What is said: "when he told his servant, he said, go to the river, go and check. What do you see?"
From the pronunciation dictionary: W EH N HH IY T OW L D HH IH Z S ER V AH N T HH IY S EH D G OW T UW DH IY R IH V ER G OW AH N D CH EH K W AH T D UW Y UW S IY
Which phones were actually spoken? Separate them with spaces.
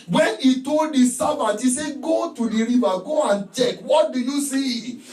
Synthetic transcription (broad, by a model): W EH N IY T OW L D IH S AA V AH T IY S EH G OW T UW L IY R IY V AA G OW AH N CH EH K W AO T D UW Y UW S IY